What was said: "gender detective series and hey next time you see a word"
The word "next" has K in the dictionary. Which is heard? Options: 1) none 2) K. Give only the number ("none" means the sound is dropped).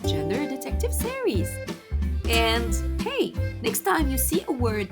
2